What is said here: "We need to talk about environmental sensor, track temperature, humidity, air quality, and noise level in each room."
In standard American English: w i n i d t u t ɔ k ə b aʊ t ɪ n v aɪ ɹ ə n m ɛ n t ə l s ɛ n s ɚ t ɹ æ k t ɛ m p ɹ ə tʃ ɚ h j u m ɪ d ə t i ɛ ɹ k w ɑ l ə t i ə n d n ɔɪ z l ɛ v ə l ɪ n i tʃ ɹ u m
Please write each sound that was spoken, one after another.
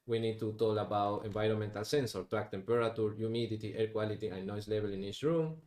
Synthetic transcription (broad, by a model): w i n i d t u t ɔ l ə b aʊ t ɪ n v aɪ ɹ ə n m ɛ n t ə l s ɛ n s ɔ t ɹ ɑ k t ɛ m p ɹ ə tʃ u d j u m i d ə t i ɛ ɹ k w ɑ l ə t i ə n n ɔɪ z l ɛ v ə l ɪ n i s ɹ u m